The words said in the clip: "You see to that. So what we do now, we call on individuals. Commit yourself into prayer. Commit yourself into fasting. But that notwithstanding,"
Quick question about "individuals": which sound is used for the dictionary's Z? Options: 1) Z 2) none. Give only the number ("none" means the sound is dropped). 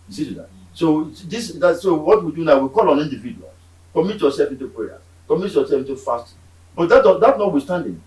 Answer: 2